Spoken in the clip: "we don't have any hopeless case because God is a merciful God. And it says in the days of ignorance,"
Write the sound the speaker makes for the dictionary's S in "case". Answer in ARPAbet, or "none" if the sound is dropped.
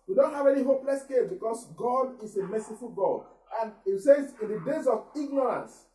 none